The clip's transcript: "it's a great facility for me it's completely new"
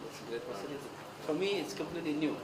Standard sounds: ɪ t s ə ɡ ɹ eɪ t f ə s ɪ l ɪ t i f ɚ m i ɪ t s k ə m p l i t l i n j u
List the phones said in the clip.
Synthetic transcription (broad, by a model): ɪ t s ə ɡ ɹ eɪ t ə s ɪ n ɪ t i f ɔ m i ɪ t s k ə m p l i t l i n j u